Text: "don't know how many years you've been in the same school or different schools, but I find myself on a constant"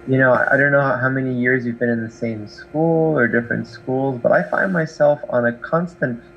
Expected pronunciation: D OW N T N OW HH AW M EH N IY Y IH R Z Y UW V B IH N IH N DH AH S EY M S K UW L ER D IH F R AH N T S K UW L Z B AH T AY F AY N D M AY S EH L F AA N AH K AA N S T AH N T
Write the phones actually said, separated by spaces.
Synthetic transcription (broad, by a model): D OW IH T N OW HH AW M EH N IY Y IH R Z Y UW V B IH N IH N DH AH S EY M S K UW L ER D IH F R AH N T S K UW L Z B AH T AY F AY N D M AY S EH L F N AH K AA N S T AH N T